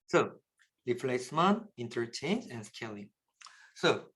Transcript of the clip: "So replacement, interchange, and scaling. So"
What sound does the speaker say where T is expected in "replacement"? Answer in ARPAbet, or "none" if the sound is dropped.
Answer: none